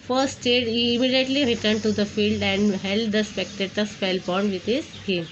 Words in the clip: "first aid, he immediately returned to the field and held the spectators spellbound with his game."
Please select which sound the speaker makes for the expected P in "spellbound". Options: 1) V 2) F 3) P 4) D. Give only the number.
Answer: 2